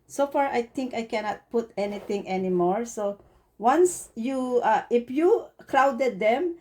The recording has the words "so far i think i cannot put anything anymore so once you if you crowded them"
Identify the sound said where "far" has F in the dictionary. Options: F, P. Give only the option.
F